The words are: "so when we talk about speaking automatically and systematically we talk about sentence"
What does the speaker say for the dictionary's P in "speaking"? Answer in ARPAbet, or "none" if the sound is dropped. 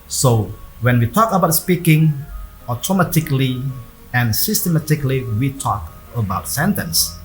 P